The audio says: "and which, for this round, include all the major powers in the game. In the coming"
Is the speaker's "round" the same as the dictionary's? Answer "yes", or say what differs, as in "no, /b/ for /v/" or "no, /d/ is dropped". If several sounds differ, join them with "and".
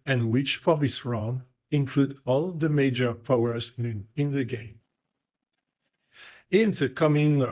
no, /d/ is dropped